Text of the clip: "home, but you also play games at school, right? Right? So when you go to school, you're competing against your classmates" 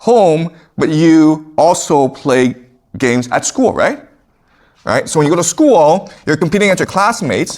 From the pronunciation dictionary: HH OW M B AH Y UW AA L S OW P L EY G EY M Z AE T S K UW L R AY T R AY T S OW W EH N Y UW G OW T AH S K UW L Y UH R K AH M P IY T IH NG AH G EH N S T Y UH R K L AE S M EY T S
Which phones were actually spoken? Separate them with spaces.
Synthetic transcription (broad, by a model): HH OW M B AH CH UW AA L S OW P L EY G EY M Z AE T S K UW L R AY T R AY T S OW W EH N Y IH G OW T AH S K UW L Y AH R K AH M P IY T IH NG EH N T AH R K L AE S M EY T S